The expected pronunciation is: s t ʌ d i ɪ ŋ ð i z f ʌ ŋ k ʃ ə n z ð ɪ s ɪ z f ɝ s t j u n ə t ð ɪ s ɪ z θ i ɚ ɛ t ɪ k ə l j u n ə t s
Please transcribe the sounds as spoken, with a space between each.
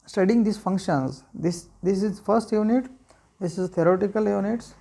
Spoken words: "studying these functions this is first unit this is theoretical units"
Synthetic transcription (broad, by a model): s t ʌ d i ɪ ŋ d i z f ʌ ŋ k ʃ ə n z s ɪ s ɪ z f ɝ s t j u n ə t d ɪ s ɪ z t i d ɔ t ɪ k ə l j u n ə t s